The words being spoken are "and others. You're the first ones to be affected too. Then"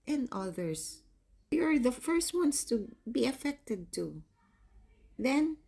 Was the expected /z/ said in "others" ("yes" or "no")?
no